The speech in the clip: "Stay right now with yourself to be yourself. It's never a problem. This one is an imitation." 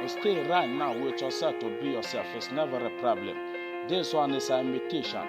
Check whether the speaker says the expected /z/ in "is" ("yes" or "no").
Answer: no